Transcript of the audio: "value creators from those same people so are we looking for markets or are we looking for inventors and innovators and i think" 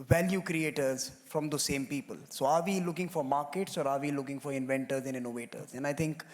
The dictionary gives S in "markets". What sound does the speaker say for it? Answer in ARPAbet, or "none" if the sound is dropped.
S